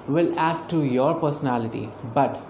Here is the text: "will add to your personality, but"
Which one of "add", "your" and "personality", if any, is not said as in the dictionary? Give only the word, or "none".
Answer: none